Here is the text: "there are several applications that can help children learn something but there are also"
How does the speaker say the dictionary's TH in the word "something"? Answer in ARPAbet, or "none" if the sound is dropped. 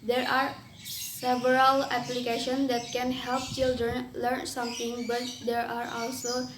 T